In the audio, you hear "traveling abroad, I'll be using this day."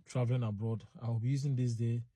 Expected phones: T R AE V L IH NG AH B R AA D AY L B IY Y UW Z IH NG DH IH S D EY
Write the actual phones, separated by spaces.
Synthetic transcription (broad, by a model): T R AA V L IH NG AH B R AA D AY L B IY Y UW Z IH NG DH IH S D EY